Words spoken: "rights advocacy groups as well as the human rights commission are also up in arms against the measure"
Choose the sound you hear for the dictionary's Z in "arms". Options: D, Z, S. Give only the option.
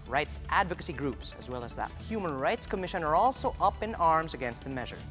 Z